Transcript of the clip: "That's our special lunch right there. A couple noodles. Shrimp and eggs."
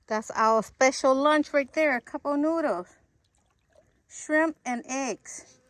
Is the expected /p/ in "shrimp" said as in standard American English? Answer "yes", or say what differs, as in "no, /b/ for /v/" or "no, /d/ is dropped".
yes